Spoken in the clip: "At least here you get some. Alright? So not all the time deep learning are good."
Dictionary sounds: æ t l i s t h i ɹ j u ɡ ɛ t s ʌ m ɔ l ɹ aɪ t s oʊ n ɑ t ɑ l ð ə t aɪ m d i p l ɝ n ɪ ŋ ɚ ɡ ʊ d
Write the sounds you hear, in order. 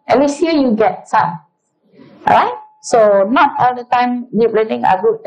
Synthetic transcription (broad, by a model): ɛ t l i s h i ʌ j u ɡ ɛ t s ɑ ɔ ɹ aɪ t s oʊ n ɑ t ɑ l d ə t aɪ m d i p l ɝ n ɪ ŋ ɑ ɡ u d